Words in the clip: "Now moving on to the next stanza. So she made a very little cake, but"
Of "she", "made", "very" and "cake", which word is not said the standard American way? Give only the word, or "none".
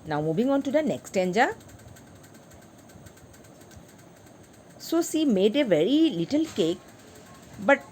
she